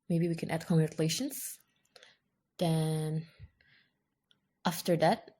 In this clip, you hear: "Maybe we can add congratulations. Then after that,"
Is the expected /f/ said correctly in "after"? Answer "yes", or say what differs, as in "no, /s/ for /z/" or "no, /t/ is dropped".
yes